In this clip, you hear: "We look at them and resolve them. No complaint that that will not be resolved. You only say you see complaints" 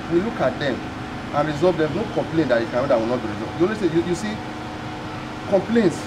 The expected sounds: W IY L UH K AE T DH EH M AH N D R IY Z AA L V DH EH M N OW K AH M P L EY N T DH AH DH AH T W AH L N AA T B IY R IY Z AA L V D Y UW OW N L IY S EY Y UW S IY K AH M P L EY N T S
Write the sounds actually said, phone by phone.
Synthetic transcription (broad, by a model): W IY L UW K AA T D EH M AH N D R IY Z AA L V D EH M N OW K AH M P L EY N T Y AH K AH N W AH W N AA T B IY R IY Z AA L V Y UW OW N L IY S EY Y UW S IY K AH M P L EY N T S